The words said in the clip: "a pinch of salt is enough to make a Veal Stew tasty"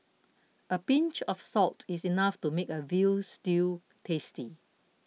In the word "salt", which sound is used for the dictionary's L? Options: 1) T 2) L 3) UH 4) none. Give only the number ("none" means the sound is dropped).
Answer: 2